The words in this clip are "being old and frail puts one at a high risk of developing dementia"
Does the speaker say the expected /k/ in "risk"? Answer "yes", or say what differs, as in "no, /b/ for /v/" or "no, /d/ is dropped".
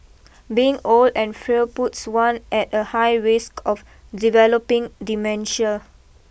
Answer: yes